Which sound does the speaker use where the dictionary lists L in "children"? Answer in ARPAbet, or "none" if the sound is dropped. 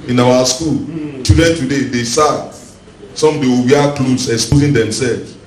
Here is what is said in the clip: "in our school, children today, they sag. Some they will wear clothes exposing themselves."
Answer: none